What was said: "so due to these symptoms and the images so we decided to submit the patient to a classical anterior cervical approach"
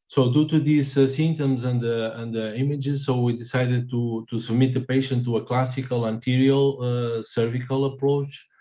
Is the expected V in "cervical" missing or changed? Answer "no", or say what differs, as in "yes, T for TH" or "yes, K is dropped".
no